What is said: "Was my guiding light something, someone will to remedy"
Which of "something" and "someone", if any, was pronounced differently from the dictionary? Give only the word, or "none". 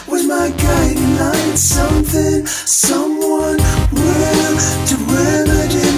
none